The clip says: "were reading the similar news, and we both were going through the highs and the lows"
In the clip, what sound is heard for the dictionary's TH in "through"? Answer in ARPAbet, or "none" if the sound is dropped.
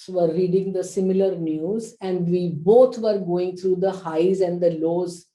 T